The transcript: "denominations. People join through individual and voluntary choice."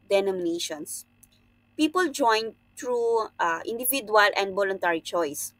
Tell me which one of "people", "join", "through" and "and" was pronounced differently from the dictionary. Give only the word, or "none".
through